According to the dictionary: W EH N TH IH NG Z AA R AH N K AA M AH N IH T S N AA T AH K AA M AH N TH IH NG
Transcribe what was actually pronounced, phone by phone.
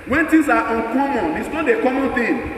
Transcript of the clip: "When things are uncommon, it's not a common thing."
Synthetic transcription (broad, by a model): W EH N T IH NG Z AA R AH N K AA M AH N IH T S N AA T AH K AA M AH N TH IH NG